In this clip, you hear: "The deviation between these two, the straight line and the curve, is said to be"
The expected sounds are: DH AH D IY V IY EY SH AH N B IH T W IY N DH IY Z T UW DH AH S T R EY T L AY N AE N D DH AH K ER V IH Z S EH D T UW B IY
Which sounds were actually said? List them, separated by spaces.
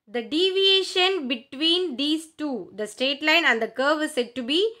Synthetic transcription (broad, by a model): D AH D IY V IY EY SH AH N B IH T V IY N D IY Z T UW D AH S T EY T L AY N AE N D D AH K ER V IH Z S EH D T UW B IY